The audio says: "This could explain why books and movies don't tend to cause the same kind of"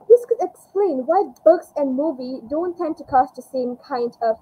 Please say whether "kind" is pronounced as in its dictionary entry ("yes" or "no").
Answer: yes